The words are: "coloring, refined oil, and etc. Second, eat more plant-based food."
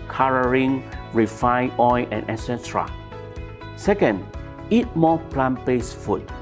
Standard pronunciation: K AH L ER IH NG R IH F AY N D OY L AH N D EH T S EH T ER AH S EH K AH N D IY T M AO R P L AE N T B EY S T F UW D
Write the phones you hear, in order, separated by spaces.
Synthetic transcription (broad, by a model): K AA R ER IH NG R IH F AY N OY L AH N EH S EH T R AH S EH K AH N D IY T M AO P L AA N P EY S F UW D